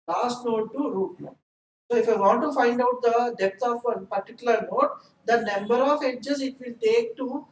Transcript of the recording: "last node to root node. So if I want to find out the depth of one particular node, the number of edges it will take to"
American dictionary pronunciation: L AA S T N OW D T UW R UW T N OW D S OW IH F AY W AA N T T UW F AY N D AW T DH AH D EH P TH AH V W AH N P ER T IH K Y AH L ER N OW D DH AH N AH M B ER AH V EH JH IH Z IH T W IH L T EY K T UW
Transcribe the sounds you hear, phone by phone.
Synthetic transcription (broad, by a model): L AA S T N OW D T UW R UW T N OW S OW IH F AY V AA N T T UW F AY N D AW T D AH D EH P T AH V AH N P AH T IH K Y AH L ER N OW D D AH N AH M B ER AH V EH JH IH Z IH T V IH L T EY K T UW